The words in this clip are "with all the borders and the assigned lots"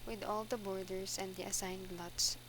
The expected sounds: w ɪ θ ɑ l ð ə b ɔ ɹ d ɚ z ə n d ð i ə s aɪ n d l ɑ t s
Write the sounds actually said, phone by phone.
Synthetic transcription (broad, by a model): w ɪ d ɑ l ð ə b ɔ ɹ d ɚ s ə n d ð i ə s aɪ n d l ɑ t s